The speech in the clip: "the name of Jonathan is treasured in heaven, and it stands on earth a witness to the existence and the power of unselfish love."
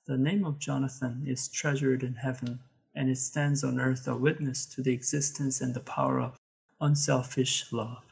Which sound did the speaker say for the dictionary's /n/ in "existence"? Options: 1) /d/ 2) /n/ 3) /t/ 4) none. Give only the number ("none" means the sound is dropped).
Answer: 2